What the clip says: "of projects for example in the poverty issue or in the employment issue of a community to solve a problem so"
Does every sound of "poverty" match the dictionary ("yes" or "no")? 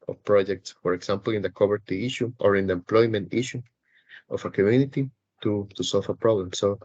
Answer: no